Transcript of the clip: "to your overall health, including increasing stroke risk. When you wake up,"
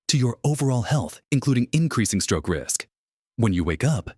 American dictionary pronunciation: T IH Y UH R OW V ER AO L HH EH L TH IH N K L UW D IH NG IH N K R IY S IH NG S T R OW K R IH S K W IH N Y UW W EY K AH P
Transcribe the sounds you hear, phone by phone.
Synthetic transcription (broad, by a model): T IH Y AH R OW V ER AO L HH EH L TH IH N K L UW D IH NG IH N K R IY S IH NG S T R OW K R IH S K W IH N Y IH W EY K AH P